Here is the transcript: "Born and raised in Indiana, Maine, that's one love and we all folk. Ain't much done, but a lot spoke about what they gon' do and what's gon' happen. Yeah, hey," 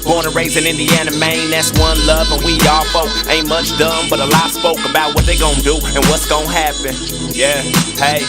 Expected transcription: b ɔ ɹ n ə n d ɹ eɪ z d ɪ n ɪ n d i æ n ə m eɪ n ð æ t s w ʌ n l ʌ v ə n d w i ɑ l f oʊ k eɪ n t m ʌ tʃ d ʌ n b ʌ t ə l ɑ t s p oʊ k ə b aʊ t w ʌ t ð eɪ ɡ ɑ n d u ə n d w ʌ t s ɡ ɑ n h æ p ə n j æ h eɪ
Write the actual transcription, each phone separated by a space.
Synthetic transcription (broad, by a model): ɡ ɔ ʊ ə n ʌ ɹ eɪ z ɪ n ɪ n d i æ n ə m eɪ n ð æ t s w ʌ n l ʌ v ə n w i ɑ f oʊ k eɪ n m ʌ tʃ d ʌ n b ʌ t ə l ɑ s p oʊ k ə b aʊ t w ʌ t ð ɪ ɡ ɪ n d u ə n w ʌ t s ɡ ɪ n h æ p ə n j æ h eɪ